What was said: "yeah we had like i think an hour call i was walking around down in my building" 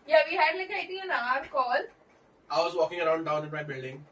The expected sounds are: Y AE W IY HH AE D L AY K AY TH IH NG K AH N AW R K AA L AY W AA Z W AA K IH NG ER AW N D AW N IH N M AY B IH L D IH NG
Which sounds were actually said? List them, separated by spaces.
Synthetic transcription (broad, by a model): Y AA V IY HH AE D L AY K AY T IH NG AH N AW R K AA L AY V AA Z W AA K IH NG ER AW N D AW N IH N M AY B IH L D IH NG